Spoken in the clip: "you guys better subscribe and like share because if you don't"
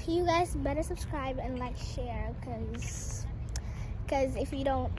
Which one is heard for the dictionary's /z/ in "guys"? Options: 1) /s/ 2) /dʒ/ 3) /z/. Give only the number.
3